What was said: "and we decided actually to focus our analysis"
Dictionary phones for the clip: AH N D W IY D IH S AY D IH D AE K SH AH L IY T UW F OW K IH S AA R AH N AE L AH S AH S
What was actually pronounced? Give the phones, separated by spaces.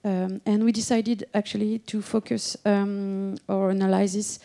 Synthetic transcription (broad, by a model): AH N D W IY D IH S AY D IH D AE K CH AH L IY T UW F OW K IH S AA R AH N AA L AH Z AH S